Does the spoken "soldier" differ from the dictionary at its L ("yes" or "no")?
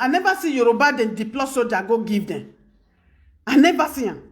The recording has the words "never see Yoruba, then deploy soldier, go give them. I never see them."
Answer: yes